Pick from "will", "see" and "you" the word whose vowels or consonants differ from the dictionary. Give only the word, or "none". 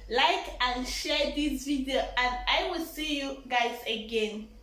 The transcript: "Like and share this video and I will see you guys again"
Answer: none